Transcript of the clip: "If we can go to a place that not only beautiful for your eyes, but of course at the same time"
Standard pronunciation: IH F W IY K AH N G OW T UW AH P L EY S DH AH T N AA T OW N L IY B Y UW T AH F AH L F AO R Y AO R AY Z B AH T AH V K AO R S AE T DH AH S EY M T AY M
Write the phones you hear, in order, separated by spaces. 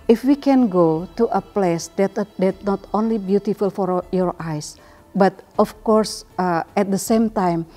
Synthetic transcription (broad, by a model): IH F W IY K AH N G OW T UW AH P L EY S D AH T N AA T OW N L IY B Y UW T AH F AH L F AO R Y AO R AY S B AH T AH F K AO R S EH T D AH S EY M T AY M